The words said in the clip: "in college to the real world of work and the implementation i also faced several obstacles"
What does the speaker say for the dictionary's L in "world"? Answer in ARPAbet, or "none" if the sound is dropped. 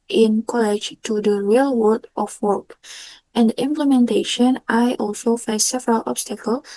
none